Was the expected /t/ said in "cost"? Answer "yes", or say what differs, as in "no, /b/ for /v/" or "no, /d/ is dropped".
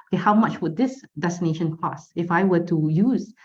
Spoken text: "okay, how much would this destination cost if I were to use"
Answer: no, /t/ is dropped